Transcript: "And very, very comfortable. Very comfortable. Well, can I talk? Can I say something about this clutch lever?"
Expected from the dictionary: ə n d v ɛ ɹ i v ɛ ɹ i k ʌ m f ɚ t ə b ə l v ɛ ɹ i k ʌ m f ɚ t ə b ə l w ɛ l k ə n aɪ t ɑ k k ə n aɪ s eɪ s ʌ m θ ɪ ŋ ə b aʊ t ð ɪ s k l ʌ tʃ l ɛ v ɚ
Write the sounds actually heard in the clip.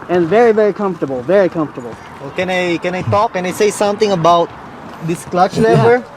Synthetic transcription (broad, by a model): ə n v ɛ ɹ i v ɛ ɹ i k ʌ m f t ə b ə l v ɛ ɹ i k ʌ m f t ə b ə l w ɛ n k ə n aɪ t ɑ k k ə n aɪ s eɪ s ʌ m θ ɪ ŋ ə b aʊ t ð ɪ s k l ʌ tʃ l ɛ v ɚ